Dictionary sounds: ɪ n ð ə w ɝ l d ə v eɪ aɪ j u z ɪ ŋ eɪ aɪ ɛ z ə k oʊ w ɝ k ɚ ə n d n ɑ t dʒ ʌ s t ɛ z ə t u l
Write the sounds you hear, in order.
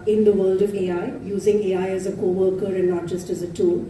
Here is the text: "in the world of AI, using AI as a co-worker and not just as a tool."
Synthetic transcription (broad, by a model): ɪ n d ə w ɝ l d ə v eɪ aɪ j u z ɪ ŋ eɪ aɪ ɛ z ə k oʊ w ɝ k ɚ ə n d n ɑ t dʒ ʌ s t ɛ z ə t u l